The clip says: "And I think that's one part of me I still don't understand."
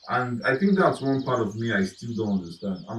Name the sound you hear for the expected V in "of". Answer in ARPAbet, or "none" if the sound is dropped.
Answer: V